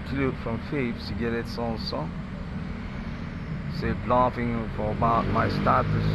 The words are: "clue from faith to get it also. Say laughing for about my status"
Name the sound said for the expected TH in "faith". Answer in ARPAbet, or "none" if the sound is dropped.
S